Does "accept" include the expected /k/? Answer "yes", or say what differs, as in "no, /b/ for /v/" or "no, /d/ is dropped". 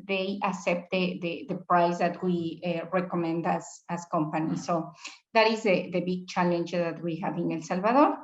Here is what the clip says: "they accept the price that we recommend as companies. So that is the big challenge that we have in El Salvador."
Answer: no, /k/ is dropped